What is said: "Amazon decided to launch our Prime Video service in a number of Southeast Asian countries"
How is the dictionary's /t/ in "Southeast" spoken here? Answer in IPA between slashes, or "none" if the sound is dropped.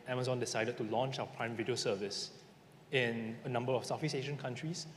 none